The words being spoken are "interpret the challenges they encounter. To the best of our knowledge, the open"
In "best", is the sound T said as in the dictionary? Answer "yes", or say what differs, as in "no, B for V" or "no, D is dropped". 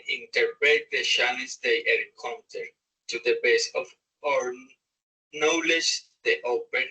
no, T is dropped